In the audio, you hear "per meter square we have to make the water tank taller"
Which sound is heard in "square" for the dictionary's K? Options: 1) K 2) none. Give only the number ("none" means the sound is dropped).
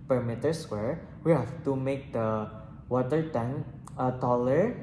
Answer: 2